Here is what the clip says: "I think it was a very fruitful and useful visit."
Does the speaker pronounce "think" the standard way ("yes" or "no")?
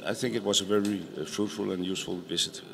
yes